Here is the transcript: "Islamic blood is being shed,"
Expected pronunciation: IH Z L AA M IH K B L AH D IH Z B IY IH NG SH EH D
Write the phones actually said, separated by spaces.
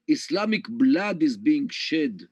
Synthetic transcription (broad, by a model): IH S L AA M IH K B L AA D IH Z B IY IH NG SH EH D